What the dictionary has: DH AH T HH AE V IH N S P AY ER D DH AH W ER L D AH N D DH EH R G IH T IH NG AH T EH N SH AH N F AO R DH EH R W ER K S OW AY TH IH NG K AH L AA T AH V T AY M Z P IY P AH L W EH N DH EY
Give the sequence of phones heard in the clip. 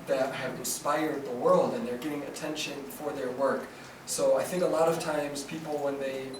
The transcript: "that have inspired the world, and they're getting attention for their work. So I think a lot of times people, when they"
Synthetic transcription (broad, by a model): DH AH T HH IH V IH N S P AY ER D DH AH W ER L D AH N DH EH R G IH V IH NG AH T EH N SH AH N F AO R DH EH R W ER K S OW AY TH IH NG K AH L AA T AH V T AY M Z P IY P L W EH N DH EY